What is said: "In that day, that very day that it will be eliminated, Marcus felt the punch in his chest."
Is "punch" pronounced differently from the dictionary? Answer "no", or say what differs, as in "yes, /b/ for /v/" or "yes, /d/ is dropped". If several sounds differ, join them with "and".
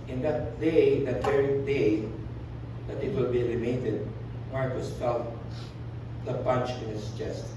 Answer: yes, /b/ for /p/